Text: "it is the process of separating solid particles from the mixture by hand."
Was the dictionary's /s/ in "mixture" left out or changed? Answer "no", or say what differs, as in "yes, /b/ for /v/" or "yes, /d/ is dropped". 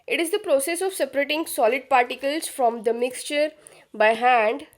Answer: no